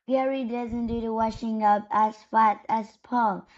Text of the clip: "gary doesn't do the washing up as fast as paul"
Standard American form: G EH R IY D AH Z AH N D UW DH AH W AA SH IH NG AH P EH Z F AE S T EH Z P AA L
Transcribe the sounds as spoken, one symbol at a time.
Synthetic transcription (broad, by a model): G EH R IY D AH Z AH N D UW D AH W AA SH IH NG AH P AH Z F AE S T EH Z P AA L